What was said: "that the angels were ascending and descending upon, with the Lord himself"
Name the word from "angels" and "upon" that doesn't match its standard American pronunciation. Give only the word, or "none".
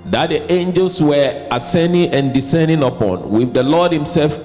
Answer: angels